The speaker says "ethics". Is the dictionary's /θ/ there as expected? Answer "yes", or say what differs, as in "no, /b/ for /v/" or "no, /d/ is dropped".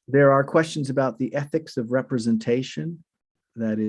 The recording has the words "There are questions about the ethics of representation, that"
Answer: yes